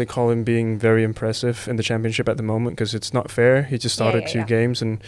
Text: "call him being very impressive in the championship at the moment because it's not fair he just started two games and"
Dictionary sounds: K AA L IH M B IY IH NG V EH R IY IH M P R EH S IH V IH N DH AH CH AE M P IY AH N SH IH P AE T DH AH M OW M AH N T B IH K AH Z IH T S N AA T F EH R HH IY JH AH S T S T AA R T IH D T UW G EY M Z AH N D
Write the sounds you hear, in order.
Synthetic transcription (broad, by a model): K AA L IH M B IY IH NG V EH R IY IH M P R EH S IH V IH N DH AH CH AE M P IY AH N SH IH P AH T DH AH M OW M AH N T K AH Z IH T S N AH T F EH R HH IY JH AH S T S T AA R T IH D T UW G EY M Z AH N